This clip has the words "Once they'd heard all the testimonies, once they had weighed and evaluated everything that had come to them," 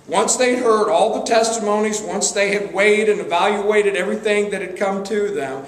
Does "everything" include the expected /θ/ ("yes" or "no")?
yes